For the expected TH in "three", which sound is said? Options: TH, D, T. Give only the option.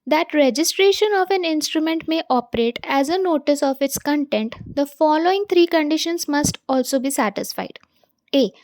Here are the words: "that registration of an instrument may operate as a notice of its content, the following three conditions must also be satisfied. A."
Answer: T